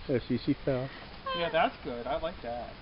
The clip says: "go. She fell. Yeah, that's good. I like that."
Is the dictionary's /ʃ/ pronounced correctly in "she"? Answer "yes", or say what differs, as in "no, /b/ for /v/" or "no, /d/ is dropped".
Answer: no, /s/ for /ʃ/